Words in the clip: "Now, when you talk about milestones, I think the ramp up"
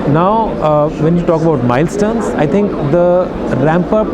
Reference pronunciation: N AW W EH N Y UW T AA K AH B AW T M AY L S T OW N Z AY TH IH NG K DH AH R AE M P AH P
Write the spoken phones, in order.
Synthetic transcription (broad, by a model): N AW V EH N Y UW T AA K AH B AW T M AY L S T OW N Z AY T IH NG K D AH R AE M P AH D